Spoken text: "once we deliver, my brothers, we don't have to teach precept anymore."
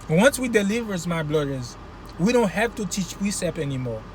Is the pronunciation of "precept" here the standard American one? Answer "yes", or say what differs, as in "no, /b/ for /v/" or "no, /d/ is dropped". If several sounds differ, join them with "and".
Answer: no, /t/ is dropped